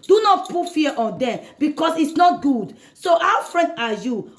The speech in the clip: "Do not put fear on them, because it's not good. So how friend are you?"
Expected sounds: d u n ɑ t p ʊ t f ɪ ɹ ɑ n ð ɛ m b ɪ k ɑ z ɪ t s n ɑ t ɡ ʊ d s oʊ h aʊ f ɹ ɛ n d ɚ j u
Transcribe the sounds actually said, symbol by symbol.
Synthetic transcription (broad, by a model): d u n ɑ t p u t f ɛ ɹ ɑ n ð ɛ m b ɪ k ɑ s ɪ t s n ɑ t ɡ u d s oʊ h aʊ f ɹ ɛ n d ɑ j u